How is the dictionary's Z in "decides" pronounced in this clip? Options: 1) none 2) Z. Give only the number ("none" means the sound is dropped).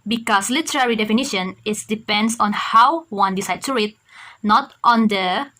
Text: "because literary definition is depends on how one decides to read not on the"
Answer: 1